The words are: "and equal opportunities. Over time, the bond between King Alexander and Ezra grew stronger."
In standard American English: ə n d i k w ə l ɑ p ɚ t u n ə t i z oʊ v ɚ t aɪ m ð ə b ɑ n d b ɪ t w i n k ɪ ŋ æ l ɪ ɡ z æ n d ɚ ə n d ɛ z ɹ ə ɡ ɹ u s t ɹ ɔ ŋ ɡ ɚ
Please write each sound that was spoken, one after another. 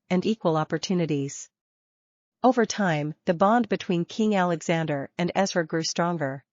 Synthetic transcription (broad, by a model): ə n i k w ə l ɑ p ɚ t u n ə t i z oʊ v ɚ t aɪ m ð ə b ɑ n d b ɪ t w i n k ɪ ŋ æ l ɪ ɡ z æ n d ɚ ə n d ɛ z w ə ɡ ɹ u s t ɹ ɔ ŋ ɡ ɚ